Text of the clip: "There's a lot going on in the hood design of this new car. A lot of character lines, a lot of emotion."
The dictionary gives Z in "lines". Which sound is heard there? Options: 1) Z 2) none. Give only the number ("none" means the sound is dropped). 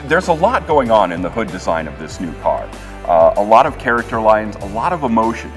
1